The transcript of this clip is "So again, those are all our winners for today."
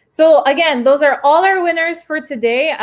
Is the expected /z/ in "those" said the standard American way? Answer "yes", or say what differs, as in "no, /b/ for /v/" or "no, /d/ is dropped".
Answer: yes